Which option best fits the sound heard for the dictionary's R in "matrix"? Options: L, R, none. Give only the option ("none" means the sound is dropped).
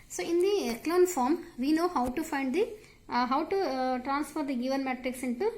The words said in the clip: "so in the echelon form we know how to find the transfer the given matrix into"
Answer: R